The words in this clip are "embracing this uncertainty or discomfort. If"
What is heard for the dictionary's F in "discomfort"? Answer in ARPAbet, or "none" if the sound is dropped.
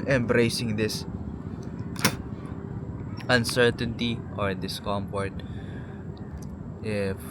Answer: P